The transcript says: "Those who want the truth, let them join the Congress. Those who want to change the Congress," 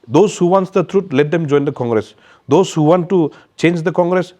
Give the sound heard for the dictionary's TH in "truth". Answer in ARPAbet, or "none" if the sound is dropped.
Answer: T